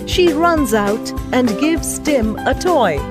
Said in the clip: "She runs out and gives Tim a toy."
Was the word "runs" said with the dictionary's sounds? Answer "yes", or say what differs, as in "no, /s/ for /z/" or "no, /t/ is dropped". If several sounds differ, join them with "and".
yes